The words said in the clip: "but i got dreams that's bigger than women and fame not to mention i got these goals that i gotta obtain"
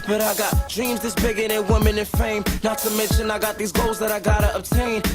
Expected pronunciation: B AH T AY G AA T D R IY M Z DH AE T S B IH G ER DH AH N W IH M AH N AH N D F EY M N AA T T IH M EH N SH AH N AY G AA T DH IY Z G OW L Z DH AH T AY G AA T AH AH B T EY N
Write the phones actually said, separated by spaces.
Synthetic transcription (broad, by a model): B AH T AY G AA T D R IY M Z DH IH S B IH G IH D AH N W IH M AH N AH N F EY M N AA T T IH M EH N SH AH N AY G AA T DH IY Z G OW L Z DH AH T AY G AA T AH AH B T EY N